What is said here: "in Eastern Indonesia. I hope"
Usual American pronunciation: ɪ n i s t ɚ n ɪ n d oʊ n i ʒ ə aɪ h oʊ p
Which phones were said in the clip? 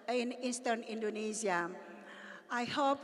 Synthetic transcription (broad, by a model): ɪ n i s t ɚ n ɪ n d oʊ n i z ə aɪ h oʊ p